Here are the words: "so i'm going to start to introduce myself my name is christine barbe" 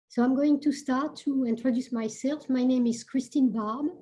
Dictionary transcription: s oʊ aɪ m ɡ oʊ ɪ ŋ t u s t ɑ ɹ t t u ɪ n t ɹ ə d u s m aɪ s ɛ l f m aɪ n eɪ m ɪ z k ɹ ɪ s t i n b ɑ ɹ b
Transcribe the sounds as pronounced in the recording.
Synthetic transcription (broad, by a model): s oʊ aɪ m ɡ oʊ ɪ ŋ t u s t ɑ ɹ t t u ɪ n t ɹ ə d u s m aɪ s ɛ l f m aɪ n eɪ m ɪ z k ɹ ɪ s t i n b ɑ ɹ b